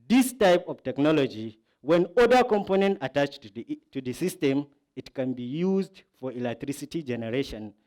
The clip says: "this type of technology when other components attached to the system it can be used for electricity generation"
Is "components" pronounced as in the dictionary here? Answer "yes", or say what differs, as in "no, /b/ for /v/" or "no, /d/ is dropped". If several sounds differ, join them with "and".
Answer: no, /s/ is dropped